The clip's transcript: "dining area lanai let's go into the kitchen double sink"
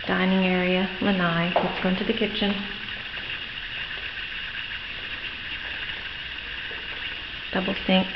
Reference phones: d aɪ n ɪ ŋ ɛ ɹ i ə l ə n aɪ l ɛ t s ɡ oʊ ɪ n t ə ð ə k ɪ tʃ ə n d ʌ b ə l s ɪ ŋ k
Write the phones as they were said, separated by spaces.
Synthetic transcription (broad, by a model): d aɪ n ɪ ŋ ɛ ɹ i ə l ə n aɪ w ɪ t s ɡ oʊ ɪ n t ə ð ə k ɪ tʃ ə n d ʌ b l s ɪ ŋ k